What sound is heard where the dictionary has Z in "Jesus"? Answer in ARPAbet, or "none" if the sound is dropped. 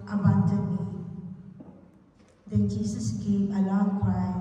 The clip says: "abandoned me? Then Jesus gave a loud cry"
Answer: S